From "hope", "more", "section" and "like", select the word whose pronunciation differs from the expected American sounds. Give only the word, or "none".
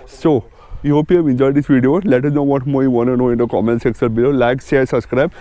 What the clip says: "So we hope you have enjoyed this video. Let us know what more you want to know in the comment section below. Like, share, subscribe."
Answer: section